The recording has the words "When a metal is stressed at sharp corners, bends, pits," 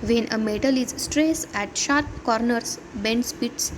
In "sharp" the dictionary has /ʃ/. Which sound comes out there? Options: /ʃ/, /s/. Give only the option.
/ʃ/